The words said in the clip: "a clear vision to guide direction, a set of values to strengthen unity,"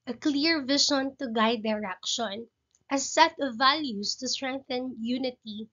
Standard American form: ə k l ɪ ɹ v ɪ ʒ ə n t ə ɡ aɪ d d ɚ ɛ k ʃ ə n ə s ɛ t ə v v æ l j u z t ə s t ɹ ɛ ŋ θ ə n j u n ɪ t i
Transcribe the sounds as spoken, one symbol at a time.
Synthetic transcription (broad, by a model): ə k l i ɹ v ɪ ʃ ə n t ə ɡ aɪ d d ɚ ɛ k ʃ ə n ə s ɛ t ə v v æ l j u s t ə s t ɹ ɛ ŋ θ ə n j u n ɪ t i